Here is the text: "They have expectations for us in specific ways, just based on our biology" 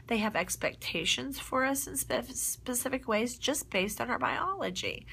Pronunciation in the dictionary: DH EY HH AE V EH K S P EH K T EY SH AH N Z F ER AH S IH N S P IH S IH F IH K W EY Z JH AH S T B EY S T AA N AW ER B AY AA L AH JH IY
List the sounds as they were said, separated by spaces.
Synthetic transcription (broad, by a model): DH EY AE V EH K S P EH K T EY SH AH N Z F ER AH S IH N S P IH S IH F IH K W EY Z JH AH S B EY S T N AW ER B AY AA L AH JH IY